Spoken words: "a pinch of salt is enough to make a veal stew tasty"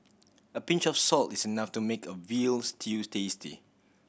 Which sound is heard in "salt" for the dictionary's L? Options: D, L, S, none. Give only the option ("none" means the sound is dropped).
L